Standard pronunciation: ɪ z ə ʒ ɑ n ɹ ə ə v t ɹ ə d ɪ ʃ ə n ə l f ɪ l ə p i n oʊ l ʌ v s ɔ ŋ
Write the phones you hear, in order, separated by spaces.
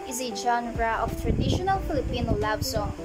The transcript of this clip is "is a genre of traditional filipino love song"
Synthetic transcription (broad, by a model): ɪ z ə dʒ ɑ n ɹ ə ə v t ɹ ə d ɪ ʃ ə n ə l f ɪ l ə p i n oʊ l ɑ b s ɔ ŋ